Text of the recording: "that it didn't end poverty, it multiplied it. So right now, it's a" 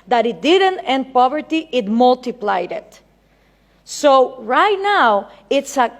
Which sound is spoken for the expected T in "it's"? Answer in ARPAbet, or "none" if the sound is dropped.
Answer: T